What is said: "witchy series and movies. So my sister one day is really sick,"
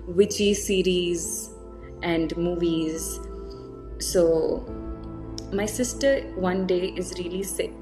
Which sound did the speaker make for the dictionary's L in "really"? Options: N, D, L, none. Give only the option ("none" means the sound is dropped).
L